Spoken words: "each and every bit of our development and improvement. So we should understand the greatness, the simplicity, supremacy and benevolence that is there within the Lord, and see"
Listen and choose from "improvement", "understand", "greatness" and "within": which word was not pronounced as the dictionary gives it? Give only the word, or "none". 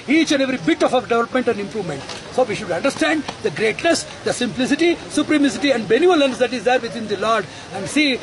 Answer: within